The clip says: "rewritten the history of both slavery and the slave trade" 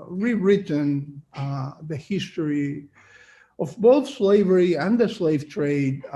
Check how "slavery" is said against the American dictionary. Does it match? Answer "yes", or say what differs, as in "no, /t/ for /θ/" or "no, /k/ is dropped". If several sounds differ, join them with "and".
yes